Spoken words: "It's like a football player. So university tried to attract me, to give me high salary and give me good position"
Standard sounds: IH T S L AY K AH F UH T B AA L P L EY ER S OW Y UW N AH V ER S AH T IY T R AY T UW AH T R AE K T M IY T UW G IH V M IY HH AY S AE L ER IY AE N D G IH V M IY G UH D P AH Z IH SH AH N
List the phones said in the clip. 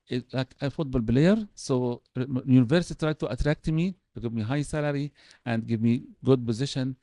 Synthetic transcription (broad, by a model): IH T L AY K AH F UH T B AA L B L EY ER S OW Y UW N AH V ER S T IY T R AY T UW AH T R AE K T M IY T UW G IH V M IY HH AY S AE L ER IY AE N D G IH V M IY G UH D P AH Z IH SH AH N